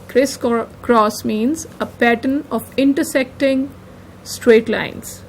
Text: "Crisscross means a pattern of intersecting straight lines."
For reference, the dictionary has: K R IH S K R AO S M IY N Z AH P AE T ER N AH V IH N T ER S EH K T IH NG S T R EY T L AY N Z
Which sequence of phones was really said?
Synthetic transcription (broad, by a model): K R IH S K R AO S M IY N Z AH P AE T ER N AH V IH N T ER S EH K T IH NG S T R EY T L AY N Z